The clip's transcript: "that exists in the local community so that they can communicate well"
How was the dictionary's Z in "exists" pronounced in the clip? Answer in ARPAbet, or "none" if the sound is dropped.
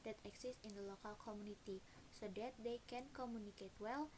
S